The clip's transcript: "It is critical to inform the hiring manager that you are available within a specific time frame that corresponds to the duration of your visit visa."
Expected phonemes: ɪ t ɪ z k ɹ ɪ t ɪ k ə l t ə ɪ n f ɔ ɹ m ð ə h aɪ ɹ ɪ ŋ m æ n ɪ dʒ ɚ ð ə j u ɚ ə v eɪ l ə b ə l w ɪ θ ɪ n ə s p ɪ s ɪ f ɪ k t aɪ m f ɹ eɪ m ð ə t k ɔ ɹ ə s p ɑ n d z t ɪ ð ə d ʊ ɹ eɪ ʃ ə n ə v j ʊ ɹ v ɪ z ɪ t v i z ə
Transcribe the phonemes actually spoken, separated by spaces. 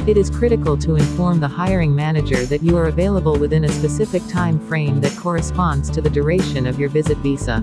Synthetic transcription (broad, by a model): ɪ t ɪ z k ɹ ɪ t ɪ k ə l t ə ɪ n f ɔ ɹ m ð ə h aɪ ɹ ɪ ŋ m æ n ɪ dʒ ɚ ð ə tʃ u ɚ ə v eɪ l ə b ə l w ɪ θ ɪ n ə s p ɪ s ɪ f ɪ k t aɪ m f ɹ eɪ m ð ə t k ɔ ɹ ə s p ɑ n d z t ɪ ð ə d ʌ ɹ eɪ ʃ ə n ə v j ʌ ɹ v ɪ z ɪ t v i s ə